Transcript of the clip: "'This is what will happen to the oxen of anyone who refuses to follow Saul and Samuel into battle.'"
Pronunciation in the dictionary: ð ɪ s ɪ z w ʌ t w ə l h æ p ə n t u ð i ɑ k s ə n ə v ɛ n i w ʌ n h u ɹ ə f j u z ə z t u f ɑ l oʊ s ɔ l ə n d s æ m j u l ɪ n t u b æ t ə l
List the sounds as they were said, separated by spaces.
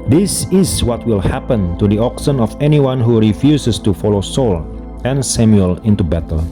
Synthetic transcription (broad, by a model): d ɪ s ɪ s w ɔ t w ə l h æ p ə n t u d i ɑ k s ə n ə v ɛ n i w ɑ n h u ɹ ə f j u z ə s t u f ɑ l oʊ s ɔ l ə n s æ m j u l ɪ n t u b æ t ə l